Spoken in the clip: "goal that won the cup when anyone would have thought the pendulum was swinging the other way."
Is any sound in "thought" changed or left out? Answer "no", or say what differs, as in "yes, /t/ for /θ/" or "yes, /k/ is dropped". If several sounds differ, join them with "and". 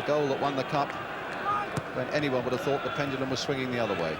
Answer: no